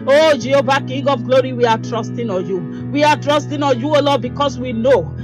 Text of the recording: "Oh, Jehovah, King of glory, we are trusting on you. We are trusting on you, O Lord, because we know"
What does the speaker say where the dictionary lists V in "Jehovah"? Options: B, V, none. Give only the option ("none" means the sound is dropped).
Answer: B